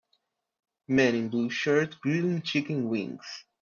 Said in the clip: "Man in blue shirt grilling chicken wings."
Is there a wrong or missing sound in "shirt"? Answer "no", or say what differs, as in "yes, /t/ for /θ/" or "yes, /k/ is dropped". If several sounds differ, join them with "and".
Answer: no